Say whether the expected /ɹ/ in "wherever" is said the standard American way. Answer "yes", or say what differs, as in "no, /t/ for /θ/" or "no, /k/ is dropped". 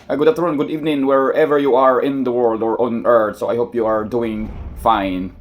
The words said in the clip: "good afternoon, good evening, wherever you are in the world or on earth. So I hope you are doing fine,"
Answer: yes